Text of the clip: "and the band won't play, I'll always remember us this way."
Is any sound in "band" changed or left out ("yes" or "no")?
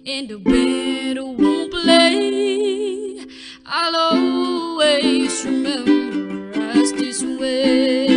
yes